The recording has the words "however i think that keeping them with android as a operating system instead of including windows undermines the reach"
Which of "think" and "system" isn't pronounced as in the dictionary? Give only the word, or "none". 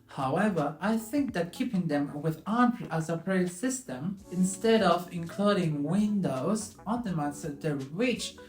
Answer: none